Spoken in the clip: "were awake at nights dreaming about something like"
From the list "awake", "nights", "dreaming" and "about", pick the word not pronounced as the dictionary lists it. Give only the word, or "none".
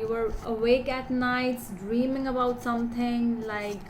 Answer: none